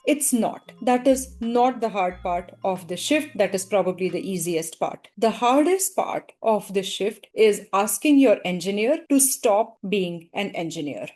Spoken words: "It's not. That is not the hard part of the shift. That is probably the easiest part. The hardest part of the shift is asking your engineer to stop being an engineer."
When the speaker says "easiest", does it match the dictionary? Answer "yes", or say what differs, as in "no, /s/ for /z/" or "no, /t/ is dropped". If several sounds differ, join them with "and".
yes